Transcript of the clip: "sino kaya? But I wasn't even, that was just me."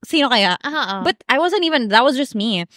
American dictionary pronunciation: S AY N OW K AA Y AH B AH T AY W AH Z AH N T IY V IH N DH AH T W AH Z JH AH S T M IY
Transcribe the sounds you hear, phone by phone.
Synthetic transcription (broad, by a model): S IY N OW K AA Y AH B AH T AY W AH Z AH N T IY V IH N DH AH T W AH Z JH AH S T M IY